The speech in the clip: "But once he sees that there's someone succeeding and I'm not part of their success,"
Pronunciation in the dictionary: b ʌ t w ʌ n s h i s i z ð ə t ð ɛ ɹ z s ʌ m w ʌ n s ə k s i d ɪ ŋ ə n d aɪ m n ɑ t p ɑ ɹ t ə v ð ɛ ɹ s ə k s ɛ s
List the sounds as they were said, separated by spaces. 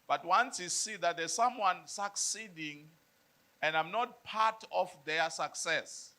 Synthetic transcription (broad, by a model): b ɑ t w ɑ n s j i s i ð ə t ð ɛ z s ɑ m w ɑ n s ə k s i d ɪ ŋ ə n d aɪ m n ɑ t p ɑ t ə f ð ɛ s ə k s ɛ s